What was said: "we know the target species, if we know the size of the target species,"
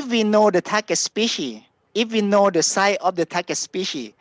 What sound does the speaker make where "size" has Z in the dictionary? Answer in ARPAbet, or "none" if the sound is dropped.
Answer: none